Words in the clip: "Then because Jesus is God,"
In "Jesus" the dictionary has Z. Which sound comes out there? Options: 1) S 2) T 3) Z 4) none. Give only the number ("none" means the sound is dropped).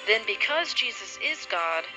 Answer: 3